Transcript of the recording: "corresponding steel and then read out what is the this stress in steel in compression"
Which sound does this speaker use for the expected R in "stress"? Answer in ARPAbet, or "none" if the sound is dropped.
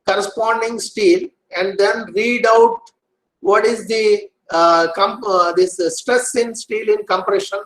R